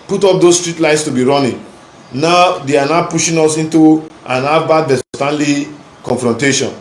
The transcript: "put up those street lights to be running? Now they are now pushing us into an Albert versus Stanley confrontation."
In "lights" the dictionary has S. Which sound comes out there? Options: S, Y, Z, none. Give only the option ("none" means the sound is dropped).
S